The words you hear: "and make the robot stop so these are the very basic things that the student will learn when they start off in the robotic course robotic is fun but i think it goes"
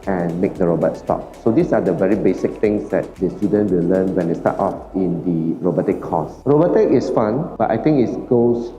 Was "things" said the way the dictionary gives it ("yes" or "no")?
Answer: no